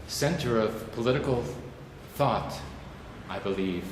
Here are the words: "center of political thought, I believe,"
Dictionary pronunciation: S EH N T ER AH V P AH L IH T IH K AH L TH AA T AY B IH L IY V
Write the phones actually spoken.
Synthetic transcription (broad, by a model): S EH N T ER AH V P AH L IH T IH K L TH AA T AY B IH L IY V